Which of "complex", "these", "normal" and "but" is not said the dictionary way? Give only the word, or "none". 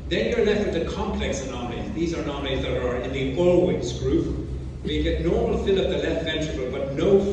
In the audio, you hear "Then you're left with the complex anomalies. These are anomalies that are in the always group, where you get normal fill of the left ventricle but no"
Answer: none